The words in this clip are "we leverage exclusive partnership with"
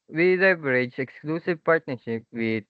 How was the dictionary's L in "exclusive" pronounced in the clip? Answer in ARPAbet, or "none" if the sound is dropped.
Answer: L